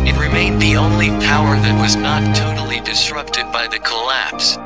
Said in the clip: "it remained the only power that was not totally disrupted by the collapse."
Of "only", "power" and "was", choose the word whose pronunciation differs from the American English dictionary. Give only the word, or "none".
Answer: none